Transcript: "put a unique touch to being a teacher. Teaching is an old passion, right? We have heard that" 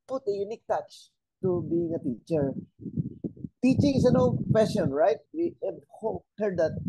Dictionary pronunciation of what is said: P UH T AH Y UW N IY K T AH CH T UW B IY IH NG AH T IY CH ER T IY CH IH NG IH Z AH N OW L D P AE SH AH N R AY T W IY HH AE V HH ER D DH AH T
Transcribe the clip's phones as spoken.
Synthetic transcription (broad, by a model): P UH T AH Y UW N IY K T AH CH T UW B IY IH NG AH T IY CH ER T IY CH IH NG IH S AH N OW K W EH S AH N R AY T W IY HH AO HH ER D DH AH T